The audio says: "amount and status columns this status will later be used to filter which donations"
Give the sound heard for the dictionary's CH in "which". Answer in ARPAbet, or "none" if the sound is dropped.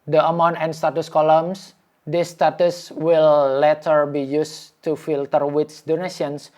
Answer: S